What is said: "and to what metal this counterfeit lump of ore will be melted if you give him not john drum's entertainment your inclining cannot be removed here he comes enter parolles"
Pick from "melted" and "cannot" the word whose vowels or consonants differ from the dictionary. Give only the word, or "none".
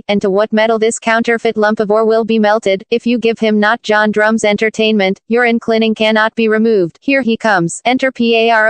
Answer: none